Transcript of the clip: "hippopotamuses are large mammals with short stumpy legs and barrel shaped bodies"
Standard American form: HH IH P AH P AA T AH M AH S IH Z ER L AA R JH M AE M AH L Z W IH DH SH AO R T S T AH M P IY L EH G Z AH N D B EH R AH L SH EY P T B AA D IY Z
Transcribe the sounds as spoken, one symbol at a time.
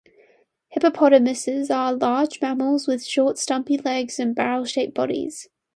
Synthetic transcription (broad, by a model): HH IH P AH P AA T AH M AH S IH Z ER L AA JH M AE M AH L Z W IH DH SH AO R T S T AH M P IY L EH G Z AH N B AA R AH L SH EY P B AA D IY Z